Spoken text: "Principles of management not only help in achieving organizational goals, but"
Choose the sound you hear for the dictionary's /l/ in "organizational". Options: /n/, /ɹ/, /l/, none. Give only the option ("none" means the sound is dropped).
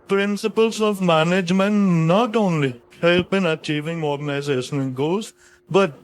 /n/